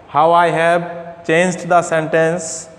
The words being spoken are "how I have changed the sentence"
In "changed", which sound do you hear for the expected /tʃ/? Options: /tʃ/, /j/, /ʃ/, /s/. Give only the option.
/tʃ/